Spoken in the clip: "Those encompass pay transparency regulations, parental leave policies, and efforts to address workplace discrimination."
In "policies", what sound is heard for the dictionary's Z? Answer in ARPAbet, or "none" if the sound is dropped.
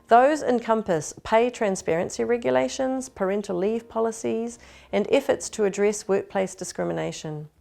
Z